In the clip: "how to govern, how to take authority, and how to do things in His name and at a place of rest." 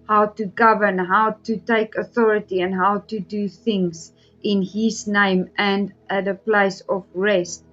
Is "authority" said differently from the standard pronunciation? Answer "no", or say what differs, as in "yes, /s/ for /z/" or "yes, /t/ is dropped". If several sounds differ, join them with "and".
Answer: no